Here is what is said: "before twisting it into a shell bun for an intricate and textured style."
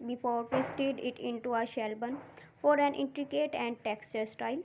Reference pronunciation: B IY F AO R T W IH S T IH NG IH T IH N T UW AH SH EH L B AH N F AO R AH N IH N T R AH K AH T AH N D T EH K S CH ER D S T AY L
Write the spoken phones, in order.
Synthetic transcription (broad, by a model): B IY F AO R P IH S T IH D IH T IH N T UW AH SH EH L B AH N F AO R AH N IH N T R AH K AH T AH N D T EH K S CH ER D S T AY L